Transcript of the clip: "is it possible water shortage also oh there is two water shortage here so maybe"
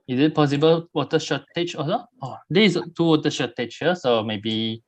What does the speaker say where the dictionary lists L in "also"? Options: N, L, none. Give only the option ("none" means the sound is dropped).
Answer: none